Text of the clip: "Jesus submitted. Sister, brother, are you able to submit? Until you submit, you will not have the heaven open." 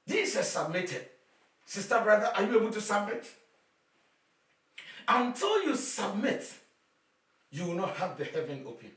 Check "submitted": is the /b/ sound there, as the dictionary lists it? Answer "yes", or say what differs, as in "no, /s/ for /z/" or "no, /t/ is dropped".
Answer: yes